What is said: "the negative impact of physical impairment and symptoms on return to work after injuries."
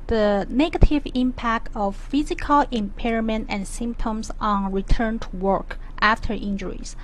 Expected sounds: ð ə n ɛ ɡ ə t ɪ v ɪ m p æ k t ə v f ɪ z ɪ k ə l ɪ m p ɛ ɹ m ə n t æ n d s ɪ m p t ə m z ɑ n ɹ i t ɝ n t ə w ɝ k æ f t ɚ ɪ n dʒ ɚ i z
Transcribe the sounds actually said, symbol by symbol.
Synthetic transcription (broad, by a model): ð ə n ɛ ɡ ə t ɪ v ɪ m p æ k t ə v f ɪ z ɪ k ə l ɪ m p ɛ ɹ m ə n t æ n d s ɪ m p t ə m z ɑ n ɹ i t ɝ n t ə w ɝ k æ f t ɚ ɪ n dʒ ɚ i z